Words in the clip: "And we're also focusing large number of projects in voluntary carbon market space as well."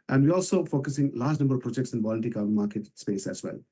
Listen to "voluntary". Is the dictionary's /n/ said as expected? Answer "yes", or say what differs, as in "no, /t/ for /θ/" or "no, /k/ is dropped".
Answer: no, /n/ is dropped